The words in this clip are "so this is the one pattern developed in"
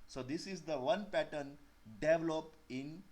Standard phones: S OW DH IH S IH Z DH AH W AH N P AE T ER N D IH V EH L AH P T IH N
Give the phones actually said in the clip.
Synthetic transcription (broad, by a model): S OW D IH S IH Z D AH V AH N P AE T ER N D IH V L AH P IH N